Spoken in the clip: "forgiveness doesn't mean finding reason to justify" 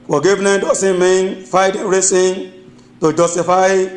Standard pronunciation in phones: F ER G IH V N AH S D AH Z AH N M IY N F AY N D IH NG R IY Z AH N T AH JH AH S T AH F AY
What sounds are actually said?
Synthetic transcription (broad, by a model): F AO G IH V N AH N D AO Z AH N M IY N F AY D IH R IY S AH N T AH JH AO S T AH F AY